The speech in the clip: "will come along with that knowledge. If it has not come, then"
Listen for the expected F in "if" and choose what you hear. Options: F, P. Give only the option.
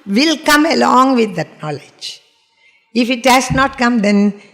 F